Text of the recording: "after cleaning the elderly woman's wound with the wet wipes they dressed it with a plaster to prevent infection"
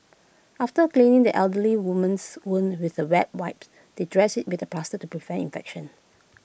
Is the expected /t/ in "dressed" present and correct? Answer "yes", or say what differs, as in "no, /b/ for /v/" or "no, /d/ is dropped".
no, /t/ is dropped